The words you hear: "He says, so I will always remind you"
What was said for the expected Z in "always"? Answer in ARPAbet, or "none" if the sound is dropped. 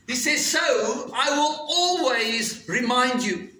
Z